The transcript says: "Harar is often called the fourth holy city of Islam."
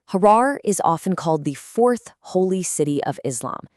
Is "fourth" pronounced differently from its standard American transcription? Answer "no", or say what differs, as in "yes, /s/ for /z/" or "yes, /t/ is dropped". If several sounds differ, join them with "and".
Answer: no